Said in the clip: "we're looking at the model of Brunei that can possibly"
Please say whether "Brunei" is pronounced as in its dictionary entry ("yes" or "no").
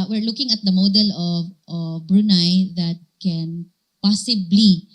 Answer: yes